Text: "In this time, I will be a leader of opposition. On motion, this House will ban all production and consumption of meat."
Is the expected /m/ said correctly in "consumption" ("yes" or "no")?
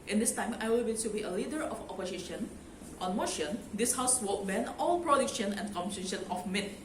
no